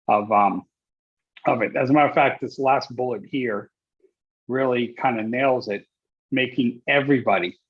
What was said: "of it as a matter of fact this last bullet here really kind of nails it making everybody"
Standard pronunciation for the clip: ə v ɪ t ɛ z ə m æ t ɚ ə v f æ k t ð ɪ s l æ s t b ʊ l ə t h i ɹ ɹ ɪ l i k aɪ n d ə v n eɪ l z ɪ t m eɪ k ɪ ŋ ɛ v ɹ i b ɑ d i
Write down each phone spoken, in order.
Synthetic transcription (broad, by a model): ə v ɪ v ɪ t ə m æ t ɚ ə f æ k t ð ɪ s l æ s t b ʊ l ə t h i ɹ ɹ ɪ l i k aɪ n d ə n eɪ l z ɪ t m eɪ k ɪ ŋ ɛ v ɹ i b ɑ d i